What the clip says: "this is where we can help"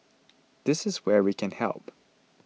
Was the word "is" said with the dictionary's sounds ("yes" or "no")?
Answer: yes